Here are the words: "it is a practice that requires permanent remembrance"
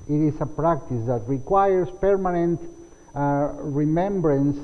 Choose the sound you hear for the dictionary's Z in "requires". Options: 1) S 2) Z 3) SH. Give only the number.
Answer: 1